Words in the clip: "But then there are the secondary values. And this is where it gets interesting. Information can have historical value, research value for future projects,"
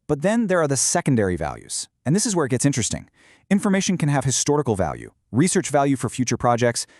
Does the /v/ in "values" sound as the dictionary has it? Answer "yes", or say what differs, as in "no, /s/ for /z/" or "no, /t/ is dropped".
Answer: yes